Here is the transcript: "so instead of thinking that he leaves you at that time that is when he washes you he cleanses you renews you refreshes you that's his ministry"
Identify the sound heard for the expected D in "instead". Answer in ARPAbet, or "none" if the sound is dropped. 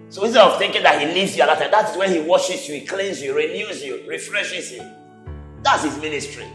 none